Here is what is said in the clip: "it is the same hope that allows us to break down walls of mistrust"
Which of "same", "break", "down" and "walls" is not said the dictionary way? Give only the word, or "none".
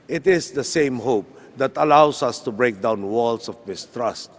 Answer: walls